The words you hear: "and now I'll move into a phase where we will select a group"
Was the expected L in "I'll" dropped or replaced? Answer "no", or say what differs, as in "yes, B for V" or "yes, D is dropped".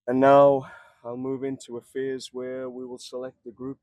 no